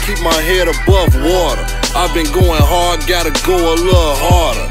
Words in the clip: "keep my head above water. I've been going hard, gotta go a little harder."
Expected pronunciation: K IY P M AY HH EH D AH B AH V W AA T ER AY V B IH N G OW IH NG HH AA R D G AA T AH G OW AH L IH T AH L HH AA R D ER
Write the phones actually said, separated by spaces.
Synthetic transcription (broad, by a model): K IY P M AY HH EH D AH B AH V W AA T ER AY V B IH N G OW IH NG HH AA R D G AA T AH G OW AH L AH HH AA R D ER